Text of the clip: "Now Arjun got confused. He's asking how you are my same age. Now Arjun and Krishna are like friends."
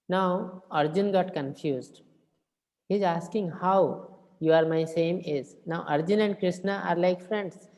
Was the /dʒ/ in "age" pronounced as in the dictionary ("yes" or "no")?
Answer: no